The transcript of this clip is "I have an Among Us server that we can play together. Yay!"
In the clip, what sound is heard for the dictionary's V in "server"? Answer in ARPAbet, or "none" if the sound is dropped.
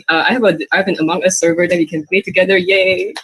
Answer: V